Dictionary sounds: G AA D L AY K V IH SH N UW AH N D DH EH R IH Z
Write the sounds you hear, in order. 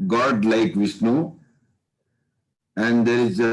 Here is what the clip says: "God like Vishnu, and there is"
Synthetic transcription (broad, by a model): G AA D L AY K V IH S N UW AH N D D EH R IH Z